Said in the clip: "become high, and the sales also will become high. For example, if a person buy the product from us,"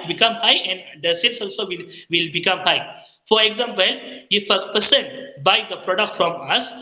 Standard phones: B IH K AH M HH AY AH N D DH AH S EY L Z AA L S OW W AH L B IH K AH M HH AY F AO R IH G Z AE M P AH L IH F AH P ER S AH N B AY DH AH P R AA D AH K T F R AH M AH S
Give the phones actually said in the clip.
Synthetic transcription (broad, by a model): B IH K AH M HH AY AH N D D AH S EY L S AA L S OW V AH L B IH K AH M HH AY F AO R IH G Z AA M P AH L IH F AH P ER S AH N B AY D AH P R AA D AH K T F R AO M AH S